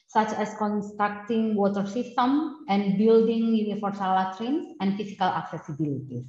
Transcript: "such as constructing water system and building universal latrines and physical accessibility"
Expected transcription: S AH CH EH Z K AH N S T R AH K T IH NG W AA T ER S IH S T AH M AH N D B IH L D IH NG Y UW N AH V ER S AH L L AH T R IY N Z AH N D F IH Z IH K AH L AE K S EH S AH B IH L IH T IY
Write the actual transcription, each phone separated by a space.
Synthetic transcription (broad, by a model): S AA CH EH S K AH N S T R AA K T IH NG W AA T ER S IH S T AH M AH N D B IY L D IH NG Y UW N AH F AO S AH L L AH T R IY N S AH N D F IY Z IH K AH L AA K S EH S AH B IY L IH T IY